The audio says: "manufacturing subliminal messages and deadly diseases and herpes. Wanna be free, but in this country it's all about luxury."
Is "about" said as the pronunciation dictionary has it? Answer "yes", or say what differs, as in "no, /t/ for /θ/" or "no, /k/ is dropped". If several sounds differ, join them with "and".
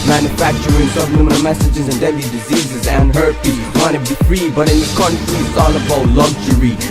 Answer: no, /b/ is dropped